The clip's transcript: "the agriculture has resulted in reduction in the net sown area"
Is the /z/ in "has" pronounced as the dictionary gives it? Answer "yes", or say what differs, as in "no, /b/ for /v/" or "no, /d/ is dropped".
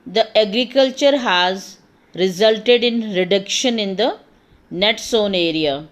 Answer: yes